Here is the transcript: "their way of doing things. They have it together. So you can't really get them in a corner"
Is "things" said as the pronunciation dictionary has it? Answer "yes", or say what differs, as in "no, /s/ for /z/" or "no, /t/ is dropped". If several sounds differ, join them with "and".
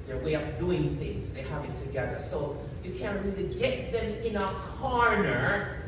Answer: yes